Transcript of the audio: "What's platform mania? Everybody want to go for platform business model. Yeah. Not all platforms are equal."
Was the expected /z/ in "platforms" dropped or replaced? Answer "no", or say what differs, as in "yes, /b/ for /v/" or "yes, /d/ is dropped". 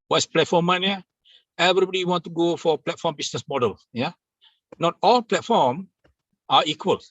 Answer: yes, /z/ is dropped